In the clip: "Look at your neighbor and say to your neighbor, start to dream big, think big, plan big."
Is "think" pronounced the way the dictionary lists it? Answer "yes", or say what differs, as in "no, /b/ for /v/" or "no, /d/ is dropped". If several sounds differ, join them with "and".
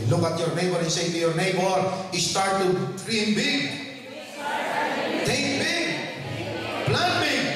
no, /t/ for /θ/